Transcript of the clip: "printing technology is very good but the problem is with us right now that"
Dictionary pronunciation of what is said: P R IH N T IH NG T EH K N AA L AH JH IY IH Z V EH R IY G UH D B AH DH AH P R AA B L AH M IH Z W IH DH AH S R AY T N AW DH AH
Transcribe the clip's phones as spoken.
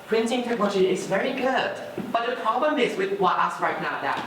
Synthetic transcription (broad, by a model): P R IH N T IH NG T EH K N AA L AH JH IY IH Z V EH R IY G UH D B AH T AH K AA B AH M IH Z W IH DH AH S R AY T N AW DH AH